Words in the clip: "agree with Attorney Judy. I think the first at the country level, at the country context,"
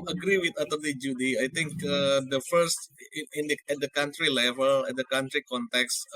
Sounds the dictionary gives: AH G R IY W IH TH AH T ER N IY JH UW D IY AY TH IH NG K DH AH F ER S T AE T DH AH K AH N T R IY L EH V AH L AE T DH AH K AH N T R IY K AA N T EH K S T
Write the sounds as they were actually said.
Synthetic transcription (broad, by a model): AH G R IY W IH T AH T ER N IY JH UW D IY AY T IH NG K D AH F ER S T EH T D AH K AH N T R IY L EH V AH L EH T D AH K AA N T R IY K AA N T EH K S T